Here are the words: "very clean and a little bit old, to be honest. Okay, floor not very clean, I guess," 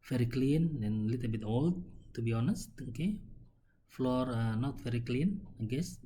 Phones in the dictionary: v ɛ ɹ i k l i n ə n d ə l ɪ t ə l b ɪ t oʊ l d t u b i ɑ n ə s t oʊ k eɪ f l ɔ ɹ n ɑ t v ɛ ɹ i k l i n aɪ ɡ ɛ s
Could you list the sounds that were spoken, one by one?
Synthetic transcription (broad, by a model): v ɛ ɹ i k l i n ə n ə l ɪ t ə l b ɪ t oʊ l d t u b i ɑ n ə s t oʊ k eɪ f l ɔ ɹ n ɑ t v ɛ ɹ i k l i n aɪ ɡ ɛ s